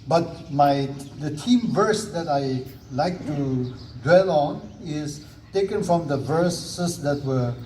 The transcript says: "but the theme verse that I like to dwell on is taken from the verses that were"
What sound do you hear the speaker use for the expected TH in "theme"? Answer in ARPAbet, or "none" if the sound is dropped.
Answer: T